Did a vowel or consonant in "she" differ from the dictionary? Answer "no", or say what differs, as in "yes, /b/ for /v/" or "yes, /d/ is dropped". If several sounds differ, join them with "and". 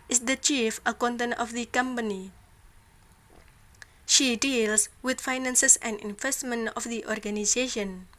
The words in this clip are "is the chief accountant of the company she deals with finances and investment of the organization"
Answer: no